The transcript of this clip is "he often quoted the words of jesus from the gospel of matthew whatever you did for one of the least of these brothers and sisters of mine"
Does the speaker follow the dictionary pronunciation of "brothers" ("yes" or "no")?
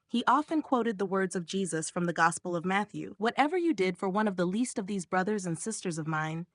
yes